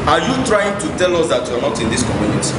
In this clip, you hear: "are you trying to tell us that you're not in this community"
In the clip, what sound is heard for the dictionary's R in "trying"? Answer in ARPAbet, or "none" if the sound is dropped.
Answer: R